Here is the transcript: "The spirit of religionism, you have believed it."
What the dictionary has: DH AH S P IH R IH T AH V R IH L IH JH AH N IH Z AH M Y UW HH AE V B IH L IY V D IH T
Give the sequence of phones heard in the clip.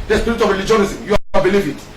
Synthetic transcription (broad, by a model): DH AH S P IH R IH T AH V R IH L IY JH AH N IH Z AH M Y UW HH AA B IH L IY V IH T